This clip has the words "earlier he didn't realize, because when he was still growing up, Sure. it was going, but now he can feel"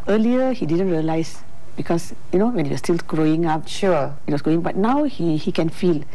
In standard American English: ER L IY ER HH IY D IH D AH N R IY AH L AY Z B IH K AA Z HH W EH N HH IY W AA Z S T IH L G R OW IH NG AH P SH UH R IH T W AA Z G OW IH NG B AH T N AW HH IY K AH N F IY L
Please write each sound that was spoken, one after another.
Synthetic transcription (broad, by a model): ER L IY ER HH IY D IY D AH N R IY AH L AY S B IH K AA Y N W EH N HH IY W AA S T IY L G R OW IH NG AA P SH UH IH T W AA S G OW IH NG B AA T N AW HH IY K AH N F IY L